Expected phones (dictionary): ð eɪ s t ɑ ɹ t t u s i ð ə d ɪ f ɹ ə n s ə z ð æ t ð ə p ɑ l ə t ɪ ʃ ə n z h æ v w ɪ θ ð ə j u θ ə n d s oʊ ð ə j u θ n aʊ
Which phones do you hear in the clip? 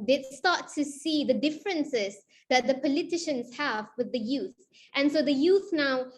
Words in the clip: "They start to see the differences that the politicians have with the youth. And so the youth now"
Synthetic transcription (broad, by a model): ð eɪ s t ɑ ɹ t t u s i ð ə d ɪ f ɹ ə n s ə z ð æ t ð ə p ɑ l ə t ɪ ʃ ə n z h æ v w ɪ ð ə j u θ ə n s oʊ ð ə j u θ n aʊ